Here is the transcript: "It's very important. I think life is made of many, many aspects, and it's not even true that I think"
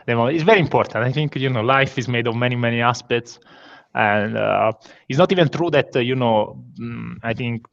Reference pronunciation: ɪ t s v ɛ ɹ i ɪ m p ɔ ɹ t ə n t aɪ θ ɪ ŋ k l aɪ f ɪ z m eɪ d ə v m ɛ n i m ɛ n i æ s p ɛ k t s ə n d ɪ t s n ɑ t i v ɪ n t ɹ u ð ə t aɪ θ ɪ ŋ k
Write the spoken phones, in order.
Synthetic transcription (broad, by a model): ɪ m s v ɛ ɹ i m p ɔ ɹ t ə n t aɪ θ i ŋ k l aɪ f ɪ z m eɪ d ə v m ɛ n i m ɛ n i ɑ s p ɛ k t s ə n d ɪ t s n ɑ t i v ɪ n t ɹ u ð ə t aɪ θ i ŋ k